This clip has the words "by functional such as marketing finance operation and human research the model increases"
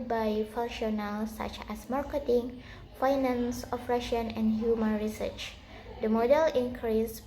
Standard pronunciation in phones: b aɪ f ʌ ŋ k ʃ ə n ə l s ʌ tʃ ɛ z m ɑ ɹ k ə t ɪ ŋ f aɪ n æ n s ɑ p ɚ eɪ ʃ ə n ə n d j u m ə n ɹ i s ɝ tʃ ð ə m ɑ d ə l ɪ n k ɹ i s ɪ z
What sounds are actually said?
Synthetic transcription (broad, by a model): b aɪ f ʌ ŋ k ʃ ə n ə l s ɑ tʃ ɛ s m ɑ ɹ k ə t ɪ ŋ f aɪ n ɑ n s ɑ f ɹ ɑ ʃ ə n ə n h j u m ə n ɹ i s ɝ tʃ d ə m ɑ d ə l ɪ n k ɹ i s